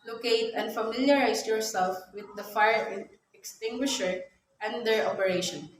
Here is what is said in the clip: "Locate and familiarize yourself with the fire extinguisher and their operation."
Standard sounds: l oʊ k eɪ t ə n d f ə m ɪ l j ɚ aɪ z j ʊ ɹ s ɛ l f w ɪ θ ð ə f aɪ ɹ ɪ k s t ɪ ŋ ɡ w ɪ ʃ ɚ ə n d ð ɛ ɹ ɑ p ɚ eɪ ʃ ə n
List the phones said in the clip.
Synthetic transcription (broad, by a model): l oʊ k eɪ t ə n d f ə m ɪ l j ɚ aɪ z j ʊ ɹ s ɛ l f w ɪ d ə f aɪ ɹ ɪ k s t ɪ ŋ ɡ w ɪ ʃ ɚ ə n d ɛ ɹ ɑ p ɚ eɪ ʃ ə n